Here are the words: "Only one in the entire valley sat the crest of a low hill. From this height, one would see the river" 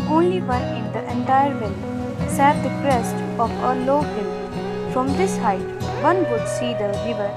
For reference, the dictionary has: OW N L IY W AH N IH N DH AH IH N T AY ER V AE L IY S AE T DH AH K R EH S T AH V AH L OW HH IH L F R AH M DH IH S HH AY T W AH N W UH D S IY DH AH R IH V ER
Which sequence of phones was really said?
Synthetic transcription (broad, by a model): OW N L IY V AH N IH N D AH IH N T AY ER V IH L S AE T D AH K R EH S T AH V AH L OW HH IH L F R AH M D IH S HH AY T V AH N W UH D S IY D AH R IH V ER